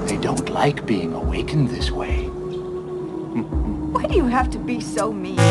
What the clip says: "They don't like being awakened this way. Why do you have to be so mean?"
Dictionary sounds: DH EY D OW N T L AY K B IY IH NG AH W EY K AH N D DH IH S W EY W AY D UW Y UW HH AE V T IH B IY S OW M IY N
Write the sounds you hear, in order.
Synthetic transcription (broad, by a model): DH EY D OW N T L AY K B IY IH NG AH W EY K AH N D DH IH S W EY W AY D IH Y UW HH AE F T IH B IY S OW M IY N